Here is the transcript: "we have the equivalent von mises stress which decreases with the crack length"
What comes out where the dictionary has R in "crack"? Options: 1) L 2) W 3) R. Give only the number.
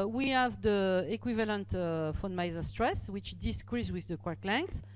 2